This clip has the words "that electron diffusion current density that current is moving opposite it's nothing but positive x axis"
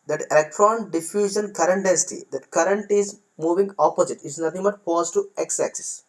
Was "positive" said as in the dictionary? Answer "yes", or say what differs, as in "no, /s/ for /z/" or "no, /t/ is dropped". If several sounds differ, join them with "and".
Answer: no, /f/ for /p/ and /v/ is dropped